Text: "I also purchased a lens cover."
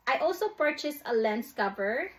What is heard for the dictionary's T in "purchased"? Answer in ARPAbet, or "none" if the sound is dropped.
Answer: none